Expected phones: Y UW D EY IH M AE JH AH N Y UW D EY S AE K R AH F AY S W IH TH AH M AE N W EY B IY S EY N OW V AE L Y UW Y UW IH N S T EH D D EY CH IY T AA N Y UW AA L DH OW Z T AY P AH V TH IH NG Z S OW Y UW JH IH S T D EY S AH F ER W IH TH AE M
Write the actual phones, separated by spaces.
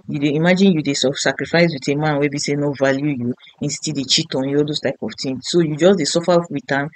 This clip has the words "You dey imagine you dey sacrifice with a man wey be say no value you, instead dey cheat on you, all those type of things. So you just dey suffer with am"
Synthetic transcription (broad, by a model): Y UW D EY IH M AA JH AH N Y UW D EY S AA K R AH F AY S W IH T AH M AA N W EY B IY S EY N OW V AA L Y UW Y UW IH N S T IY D D EY CH IY T AA N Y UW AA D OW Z T AY P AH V T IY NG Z S OW Y UW JH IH S D EY S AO F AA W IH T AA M